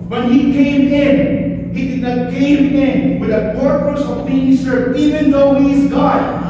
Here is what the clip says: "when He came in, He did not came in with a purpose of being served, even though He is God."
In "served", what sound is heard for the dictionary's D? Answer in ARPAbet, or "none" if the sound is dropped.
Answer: none